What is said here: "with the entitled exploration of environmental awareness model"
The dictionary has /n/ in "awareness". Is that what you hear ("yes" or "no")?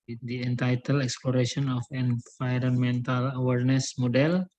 yes